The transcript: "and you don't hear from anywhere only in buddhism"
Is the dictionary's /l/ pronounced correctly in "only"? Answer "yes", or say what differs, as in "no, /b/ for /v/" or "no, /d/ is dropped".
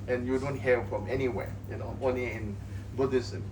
no, /l/ is dropped